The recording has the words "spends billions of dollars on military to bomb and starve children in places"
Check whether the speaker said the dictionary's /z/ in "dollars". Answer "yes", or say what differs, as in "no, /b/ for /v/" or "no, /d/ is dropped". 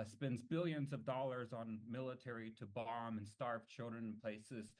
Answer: yes